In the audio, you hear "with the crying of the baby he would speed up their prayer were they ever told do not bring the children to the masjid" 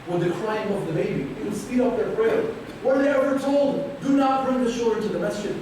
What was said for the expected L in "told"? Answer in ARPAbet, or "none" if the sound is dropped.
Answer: L